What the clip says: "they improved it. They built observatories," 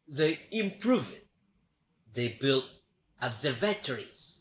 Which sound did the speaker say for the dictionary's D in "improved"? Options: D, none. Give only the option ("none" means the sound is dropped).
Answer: none